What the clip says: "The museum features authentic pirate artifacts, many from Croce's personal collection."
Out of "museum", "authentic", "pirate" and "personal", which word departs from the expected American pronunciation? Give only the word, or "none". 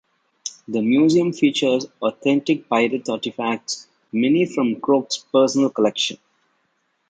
authentic